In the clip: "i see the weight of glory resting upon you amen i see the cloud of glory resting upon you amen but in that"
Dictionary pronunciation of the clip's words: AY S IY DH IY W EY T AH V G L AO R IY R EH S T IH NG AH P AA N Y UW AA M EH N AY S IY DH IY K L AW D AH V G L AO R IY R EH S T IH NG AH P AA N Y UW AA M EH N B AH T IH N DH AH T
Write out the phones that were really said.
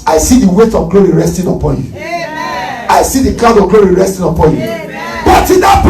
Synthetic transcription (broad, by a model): AY S IY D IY W EY T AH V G L AO R IY R EH S T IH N AH P AA N Y UW AA IH S IY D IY K AW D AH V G L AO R IY R EH S T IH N AH P AA N Y UW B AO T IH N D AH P